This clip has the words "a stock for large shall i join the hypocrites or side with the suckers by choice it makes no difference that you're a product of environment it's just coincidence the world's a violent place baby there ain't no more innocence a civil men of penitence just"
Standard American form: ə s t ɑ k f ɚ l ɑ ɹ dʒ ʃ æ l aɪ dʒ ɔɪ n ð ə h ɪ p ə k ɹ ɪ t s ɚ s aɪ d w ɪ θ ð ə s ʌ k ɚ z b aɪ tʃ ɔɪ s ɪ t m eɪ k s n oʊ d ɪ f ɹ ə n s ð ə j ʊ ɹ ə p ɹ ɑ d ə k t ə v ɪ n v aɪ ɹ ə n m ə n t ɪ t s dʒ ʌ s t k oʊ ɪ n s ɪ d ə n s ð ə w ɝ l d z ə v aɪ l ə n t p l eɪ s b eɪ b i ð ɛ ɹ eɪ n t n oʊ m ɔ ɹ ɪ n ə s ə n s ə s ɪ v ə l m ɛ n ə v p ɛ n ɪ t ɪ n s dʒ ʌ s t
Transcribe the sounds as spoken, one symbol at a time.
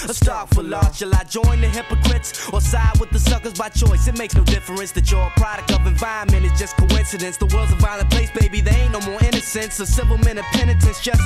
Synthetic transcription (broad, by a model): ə s t ɑ k f ɚ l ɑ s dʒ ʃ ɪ l aɪ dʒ ɔɪ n ð ə h ɪ p ə k ɹ ɪ t s ɚ s aɪ d w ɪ ð ə s ʌ k ɚ z b aɪ tʃ ɔɪ s ɪ t m eɪ k s n oʊ d ɪ f ɹ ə n s ð ə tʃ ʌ ɹ ə p ɹ ɑ d ə k t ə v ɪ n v aɪ ə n m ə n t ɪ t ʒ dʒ ʌ s k oʊ ɪ n s ɪ d ə n s ð ə w ɝ l d z ə v aɪ l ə n p l eɪ s b eɪ b i ð ɛ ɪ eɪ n n oʊ m ɔ ɹ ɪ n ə s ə n s ə s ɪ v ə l m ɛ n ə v p ɛ n ɪ t ɪ n s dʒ ʌ s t